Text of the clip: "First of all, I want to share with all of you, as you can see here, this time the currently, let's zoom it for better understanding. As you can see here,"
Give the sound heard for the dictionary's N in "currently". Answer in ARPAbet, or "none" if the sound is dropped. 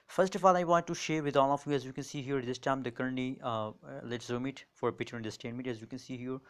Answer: none